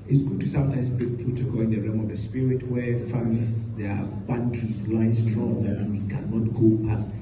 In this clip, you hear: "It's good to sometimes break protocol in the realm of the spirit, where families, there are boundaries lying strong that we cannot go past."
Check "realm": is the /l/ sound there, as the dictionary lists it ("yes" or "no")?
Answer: no